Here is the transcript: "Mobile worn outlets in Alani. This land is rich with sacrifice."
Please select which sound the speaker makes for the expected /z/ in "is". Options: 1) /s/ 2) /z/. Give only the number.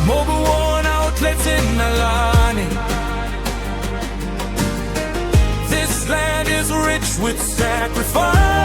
2